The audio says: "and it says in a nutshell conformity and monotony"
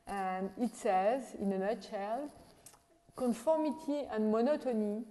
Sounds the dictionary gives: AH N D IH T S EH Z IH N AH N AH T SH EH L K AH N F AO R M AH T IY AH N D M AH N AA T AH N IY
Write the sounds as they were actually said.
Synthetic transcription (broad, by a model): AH N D IH T S EH Z IH N AH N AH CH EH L K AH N F AO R M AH T IY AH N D M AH N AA T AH N IY